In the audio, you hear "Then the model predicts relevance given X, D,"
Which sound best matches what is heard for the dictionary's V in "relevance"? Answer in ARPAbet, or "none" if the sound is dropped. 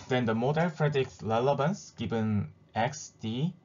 B